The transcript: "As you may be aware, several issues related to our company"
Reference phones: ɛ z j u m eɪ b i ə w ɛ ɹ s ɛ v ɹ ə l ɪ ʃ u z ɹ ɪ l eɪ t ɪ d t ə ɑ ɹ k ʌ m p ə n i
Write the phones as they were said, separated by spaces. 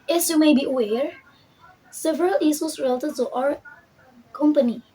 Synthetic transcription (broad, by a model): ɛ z j u m eɪ b i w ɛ ɹ s ɛ v ɹ ə l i s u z ɹ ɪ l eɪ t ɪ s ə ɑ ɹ k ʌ m p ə n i